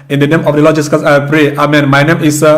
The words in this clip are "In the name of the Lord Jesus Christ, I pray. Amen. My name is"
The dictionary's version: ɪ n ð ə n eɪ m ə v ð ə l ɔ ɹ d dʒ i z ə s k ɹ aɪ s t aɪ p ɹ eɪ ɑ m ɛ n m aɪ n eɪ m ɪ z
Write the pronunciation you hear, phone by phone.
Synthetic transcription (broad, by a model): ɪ n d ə n eɪ m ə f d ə l ɔ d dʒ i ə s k aɪ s aɪ p ɹ eɪ ɑ m ɛ n m aɪ n eɪ m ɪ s